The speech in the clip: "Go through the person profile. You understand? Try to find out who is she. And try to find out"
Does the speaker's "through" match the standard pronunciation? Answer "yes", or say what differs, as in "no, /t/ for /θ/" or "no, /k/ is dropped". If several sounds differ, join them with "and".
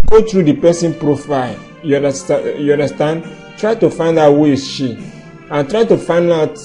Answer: no, /t/ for /θ/